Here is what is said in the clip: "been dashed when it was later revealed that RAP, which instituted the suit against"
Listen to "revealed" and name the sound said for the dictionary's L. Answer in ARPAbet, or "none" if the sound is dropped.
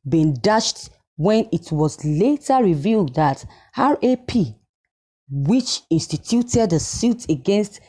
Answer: L